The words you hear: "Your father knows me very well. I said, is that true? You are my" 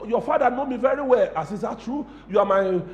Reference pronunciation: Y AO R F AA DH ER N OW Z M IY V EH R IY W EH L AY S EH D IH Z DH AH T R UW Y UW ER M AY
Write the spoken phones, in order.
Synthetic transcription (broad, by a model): Y AO F AA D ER N OW M IY V EH R IY W EH L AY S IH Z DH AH T R UW Y UW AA M AY